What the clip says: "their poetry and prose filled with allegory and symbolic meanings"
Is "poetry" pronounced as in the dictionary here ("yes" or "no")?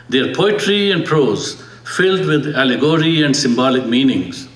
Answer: yes